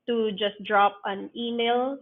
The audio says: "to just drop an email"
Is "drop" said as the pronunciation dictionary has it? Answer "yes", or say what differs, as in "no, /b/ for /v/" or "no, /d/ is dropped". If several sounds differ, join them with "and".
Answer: yes